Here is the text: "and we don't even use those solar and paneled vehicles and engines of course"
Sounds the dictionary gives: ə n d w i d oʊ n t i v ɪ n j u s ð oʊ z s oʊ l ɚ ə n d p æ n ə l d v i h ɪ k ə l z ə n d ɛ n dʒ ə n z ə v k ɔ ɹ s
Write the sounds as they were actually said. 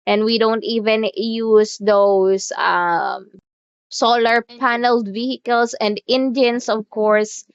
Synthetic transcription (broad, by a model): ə n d w i d oʊ n t i v ɪ n j u s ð oʊ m s oʊ l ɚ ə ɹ p æ n ə l d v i h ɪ k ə l s ə n d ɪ n dʒ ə n s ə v k ɔ ɹ s